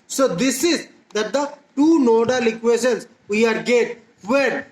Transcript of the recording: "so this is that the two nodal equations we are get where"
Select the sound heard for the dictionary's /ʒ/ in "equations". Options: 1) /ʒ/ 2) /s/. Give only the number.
2